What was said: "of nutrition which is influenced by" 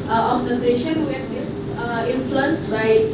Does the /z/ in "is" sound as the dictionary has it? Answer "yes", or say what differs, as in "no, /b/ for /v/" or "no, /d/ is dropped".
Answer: no, /s/ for /z/